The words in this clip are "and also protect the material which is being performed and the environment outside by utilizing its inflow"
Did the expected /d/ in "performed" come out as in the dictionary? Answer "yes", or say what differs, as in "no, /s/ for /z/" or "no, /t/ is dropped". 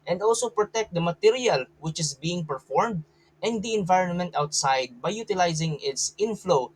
yes